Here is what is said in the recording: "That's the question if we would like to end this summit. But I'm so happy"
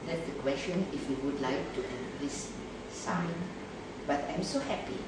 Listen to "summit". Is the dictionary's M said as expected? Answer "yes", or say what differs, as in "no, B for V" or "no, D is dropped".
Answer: no, M is dropped